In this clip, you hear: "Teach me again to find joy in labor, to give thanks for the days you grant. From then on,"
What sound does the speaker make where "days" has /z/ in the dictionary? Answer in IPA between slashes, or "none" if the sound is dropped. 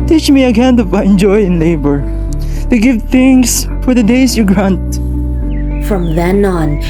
/s/